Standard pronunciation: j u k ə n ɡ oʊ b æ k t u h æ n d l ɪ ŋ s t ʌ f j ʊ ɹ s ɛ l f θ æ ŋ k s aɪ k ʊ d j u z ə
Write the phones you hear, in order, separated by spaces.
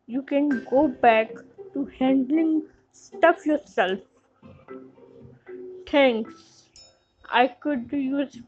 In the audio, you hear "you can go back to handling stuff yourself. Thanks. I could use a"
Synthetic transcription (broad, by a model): j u k ə n ɡ oʊ b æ k t u h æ n d l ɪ ŋ s t ʌ f j ʊ ɹ s ɛ l f t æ ŋ k s aɪ k ʊ d j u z